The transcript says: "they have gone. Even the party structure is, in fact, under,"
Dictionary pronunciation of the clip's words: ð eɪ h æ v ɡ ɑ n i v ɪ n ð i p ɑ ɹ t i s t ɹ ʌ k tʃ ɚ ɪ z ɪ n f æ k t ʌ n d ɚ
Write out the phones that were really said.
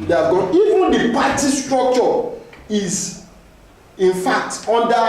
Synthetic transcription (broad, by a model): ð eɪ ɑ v ɡ ɑ n i v ɪ n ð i p ɑ t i s t ɹ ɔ k tʃ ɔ ɪ z ɪ n f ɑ k t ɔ n d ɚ